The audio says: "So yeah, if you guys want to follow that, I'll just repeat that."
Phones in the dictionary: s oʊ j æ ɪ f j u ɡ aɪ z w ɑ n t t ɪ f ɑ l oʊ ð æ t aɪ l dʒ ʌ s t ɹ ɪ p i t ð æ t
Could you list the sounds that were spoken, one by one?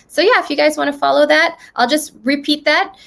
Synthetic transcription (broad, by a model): s oʊ j æ ɪ f j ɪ ɡ aɪ z w ɑ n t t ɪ f ɑ l oʊ ð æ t aɪ l dʒ ʌ s t ɹ ɪ p i t ð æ t